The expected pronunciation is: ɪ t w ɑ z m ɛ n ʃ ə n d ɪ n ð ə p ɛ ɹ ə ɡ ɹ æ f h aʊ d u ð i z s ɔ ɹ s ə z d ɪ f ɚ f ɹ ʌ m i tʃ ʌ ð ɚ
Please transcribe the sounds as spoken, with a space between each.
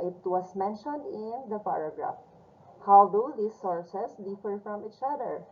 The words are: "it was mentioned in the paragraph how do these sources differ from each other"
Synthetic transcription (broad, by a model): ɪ t w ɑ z m ɛ n ʃ ə n d ɪ n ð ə p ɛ ɹ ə ɡ ɹ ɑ f h aʊ d u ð i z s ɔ ɹ s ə s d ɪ f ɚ f ɹ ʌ m i tʃ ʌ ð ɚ